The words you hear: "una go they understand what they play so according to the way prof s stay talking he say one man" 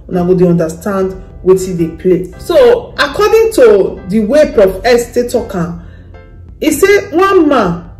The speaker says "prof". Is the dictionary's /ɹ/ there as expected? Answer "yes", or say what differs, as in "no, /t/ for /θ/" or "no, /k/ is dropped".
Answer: no, /ɹ/ is dropped